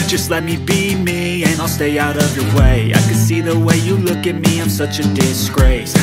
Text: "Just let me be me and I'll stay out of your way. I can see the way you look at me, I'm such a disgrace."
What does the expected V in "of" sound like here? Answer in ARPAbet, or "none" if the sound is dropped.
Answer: V